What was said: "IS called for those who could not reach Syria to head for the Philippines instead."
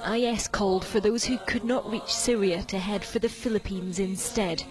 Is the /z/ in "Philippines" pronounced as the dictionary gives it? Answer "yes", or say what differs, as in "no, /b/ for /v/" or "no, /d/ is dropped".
yes